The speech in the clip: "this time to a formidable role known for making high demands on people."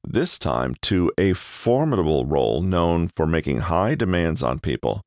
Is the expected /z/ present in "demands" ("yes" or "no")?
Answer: yes